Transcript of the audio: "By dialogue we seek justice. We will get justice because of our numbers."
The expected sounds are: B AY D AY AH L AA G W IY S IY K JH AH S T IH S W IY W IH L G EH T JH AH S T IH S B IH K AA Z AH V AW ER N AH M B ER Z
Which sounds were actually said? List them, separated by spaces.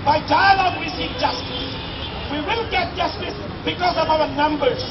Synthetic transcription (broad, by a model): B AY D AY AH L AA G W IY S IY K JH AH S T IH S W IY W IH L G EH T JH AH S T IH S B IH K AA Z AH V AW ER N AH M B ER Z